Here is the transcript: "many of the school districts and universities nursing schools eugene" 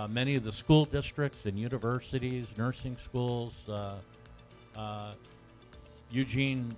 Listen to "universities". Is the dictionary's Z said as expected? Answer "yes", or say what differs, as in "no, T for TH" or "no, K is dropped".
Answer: yes